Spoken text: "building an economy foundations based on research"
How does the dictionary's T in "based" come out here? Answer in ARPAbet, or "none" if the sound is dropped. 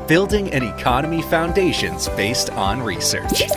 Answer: T